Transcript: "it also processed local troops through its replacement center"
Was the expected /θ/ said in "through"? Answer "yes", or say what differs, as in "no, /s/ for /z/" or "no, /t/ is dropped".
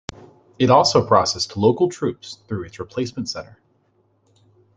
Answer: yes